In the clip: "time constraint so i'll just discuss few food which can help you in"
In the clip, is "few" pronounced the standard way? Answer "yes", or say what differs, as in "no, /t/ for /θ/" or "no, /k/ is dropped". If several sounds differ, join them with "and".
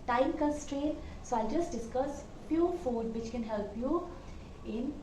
no, /p/ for /f/